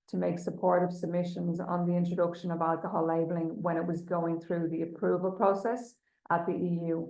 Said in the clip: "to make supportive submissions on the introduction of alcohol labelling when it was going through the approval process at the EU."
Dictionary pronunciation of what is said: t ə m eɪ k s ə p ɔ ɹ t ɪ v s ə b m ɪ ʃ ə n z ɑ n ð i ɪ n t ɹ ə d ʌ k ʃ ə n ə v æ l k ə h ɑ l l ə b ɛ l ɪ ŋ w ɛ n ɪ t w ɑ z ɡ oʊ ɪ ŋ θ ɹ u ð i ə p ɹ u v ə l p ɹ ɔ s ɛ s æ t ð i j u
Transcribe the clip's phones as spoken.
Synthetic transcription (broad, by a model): t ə m eɪ k s ə p ɔ ɹ t ɪ v s ə b m ɪ ʃ ə n z n ð i ɪ n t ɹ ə d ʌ k ʃ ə n ə v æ l k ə h ɑ l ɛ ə b l ɪ ŋ w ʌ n ɪ t w ɑ z ɡ oʊ ɪ ŋ θ ɹ u ð i ə p ɹ u v ə l p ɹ ɔ s ɛ s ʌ t ð i j u